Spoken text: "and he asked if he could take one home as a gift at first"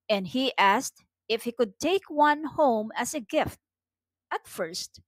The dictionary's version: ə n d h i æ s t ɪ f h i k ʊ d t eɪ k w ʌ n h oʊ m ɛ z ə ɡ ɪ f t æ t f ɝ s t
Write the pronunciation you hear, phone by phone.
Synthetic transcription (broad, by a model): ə n d h i æ s t ɪ f h i k ʊ d t eɪ k w ʌ n h oʊ m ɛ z ə ɡ ɪ f t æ t f ɝ s t